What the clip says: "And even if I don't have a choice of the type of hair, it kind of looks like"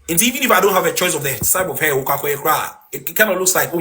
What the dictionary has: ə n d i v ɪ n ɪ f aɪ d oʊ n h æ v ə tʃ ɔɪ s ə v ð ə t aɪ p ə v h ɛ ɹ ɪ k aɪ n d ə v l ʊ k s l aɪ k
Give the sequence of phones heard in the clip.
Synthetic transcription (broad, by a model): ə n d i v ɪ n ɪ f aɪ d oʊ n h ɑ v ə tʃ ɔɪ s ə v ð ə s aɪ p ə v h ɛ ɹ ɪ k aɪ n ə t l ʊ k s l aɪ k